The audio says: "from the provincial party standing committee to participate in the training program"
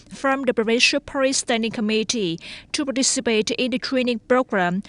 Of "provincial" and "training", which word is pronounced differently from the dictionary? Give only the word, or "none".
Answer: provincial